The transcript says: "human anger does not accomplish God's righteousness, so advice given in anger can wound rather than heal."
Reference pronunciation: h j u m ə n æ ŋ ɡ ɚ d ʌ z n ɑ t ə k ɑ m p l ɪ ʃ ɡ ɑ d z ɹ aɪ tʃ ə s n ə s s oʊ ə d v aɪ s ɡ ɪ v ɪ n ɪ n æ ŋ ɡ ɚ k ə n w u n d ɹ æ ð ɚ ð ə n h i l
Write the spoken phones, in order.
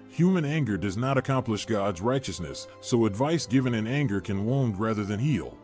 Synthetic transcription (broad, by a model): h j u m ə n æ ŋ ɡ ɚ d ʌ z n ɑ t ə k ɑ m p l ɪ ʃ ɡ ɑ d z ɹ aɪ tʃ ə s n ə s s oʊ ə d v aɪ s ɡ ɪ v ɪ n ɪ n æ ŋ ɡ ɚ k ə n w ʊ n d ɹ æ ð ɚ ð ə n h i l